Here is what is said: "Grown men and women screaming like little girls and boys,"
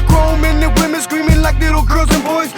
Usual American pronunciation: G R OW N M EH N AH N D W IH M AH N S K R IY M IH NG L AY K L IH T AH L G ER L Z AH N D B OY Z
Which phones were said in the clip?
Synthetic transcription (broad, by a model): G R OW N M EH N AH W IH M AH N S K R IY M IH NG L AY K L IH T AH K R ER Z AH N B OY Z